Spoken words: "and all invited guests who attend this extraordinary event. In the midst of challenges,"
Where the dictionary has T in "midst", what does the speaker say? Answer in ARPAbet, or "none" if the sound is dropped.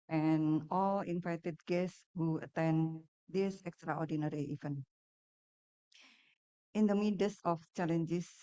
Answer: none